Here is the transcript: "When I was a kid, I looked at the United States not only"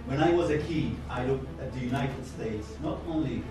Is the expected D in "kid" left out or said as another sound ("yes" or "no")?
yes